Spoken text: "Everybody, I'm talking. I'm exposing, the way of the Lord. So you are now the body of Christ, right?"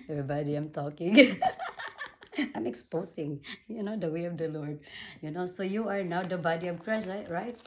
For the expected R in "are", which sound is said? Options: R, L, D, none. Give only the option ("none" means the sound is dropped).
R